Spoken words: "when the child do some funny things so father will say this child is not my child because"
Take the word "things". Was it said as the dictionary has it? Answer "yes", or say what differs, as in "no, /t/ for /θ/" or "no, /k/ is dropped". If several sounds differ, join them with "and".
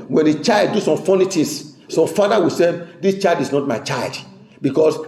no, /t/ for /θ/